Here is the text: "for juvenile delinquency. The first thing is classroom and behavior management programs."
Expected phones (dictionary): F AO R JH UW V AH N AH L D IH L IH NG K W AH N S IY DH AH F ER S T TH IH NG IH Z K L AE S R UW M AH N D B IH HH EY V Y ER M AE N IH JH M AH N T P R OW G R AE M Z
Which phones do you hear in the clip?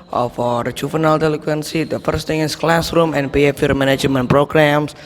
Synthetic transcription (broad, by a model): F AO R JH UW F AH N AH L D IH L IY K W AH N S IY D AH F ER S T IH NG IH S K L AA S R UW M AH N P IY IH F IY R M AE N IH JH M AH N P R OW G R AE M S